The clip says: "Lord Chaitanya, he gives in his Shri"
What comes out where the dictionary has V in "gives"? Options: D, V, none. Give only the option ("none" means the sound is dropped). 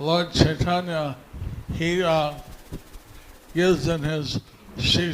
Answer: none